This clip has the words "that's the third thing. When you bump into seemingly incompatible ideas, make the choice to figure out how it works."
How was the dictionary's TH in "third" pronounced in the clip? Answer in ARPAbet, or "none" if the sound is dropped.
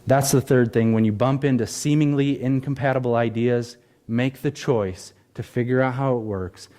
TH